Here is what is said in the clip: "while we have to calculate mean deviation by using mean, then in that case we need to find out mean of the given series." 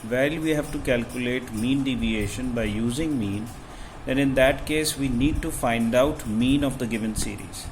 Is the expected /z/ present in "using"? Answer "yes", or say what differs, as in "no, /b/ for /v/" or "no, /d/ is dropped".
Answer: yes